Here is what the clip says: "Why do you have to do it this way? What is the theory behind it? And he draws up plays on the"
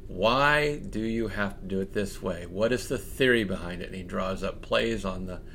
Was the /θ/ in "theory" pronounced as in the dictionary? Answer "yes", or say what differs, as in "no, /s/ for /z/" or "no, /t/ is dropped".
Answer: yes